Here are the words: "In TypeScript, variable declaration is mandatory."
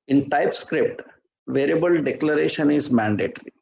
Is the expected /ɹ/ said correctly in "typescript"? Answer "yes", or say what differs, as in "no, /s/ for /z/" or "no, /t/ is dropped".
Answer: yes